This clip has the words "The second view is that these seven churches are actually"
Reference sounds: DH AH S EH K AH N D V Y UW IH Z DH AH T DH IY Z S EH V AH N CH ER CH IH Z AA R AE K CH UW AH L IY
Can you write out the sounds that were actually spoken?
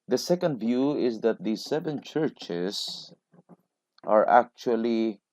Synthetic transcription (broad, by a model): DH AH S EH K AH N D V Y UW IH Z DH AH T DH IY S EH V AH N CH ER CH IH S AA R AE K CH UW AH L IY